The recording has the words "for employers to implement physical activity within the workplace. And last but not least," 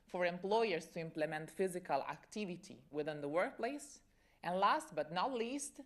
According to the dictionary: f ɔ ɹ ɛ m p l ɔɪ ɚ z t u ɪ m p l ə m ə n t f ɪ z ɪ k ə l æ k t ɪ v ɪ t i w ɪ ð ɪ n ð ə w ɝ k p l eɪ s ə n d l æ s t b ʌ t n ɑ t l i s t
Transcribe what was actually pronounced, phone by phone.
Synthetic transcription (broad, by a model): f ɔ ɹ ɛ m p l ɔɪ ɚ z t u ɪ m p l ə m ə n t f ɪ z ɪ k ə l æ k t ɪ v ɪ t i w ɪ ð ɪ n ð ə w ɝ k p l eɪ s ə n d l æ s t b ʌ t n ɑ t l i s t